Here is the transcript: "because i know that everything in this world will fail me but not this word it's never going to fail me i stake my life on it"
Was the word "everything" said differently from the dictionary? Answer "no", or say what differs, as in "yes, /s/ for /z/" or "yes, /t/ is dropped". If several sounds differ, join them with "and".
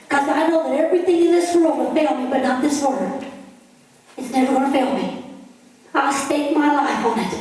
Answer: no